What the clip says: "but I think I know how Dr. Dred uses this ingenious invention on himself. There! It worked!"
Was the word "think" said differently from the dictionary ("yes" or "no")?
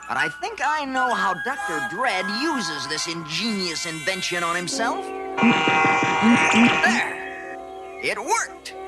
no